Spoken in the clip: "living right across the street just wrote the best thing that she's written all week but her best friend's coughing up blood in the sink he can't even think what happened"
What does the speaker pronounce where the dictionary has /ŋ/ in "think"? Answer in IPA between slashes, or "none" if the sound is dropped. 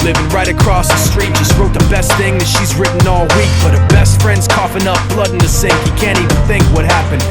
/ŋ/